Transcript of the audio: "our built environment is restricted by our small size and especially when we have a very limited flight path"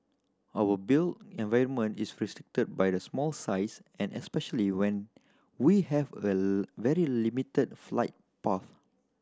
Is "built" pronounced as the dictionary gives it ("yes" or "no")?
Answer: no